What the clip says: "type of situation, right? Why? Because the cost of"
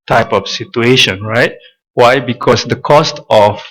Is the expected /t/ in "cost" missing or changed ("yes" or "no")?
no